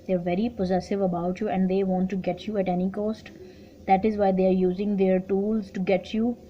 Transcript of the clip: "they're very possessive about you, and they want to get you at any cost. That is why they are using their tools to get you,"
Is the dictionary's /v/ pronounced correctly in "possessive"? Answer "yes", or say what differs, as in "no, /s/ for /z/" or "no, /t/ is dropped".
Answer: yes